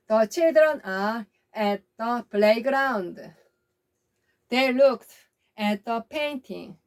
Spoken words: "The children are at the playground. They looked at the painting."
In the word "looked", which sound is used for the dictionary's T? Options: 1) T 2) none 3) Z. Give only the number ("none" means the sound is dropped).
1